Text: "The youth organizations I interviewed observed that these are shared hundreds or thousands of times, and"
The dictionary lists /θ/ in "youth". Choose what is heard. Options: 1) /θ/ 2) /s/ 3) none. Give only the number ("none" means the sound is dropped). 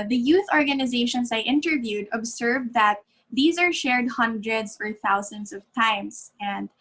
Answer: 1